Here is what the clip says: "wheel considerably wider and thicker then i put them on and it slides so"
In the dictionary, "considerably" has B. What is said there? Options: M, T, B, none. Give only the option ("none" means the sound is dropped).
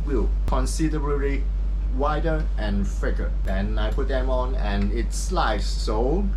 none